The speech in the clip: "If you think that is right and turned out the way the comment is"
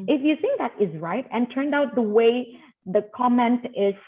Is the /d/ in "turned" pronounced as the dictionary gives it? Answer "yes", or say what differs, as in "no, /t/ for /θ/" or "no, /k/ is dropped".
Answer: yes